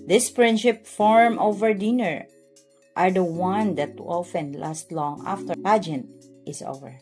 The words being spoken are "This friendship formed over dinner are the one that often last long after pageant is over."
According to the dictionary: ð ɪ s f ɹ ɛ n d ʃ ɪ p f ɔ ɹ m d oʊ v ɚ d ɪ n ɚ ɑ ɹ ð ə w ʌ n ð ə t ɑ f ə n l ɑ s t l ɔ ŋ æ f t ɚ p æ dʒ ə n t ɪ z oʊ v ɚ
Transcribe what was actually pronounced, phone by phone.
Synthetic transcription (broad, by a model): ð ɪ s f ɹ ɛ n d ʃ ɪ p f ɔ ɹ m oʊ v ɚ d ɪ n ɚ ɑ ɹ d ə w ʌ n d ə t ɑ f ə n l ɑ s t l ɔ ŋ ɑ f t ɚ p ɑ dʒ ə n t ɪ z oʊ v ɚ